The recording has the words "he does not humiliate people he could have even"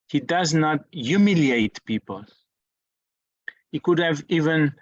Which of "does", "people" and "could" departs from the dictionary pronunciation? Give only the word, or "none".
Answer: none